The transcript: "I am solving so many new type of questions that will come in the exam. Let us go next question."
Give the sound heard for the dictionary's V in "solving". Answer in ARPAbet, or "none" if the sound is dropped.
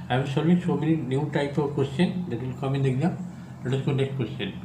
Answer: none